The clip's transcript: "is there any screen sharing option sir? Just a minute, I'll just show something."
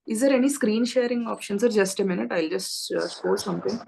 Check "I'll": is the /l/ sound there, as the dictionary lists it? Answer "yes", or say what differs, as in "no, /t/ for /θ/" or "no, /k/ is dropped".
yes